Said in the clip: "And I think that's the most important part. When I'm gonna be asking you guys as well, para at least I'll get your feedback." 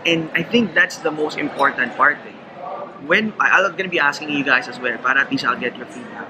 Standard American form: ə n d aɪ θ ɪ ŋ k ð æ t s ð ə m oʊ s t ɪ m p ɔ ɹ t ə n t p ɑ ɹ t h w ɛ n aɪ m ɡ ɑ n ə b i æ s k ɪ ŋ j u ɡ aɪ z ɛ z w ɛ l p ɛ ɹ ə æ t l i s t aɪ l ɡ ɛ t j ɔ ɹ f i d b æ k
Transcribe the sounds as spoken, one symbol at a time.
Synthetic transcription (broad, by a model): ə n d aɪ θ ɪ ŋ k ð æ t s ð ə m oʊ s t ɪ m p ɔ ɹ t ə n t p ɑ ɹ t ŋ w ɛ n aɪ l ɡ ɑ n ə b i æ s k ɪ ŋ j u ɡ aɪ s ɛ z w ɛ l p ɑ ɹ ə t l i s aɪ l ɡ ɛ t j ɔ ɹ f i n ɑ